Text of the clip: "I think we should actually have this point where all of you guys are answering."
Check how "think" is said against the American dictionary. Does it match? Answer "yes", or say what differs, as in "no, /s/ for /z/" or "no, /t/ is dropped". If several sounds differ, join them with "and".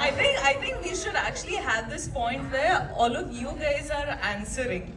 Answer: no, /t/ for /θ/